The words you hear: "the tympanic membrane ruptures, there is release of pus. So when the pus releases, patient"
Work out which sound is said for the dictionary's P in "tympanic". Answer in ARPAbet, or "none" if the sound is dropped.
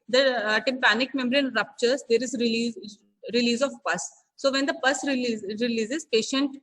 P